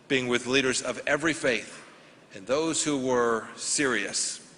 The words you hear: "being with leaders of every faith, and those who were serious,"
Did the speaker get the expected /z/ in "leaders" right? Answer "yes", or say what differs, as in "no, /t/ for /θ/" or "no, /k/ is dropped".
yes